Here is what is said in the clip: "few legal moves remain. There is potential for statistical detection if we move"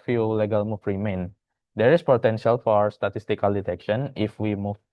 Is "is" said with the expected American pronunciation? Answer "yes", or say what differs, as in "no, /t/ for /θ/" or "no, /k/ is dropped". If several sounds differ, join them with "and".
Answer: no, /s/ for /z/